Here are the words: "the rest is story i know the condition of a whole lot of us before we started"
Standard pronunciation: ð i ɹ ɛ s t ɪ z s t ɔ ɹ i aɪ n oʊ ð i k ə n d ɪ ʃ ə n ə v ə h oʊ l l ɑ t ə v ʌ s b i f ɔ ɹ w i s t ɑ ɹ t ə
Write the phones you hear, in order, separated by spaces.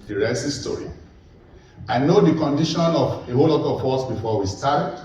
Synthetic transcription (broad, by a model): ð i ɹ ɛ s ɪ s t ɔ ɹ i aɪ n oʊ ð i k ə n d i ʃ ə n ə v ə h oʊ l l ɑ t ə w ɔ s b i f ɔ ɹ w i s t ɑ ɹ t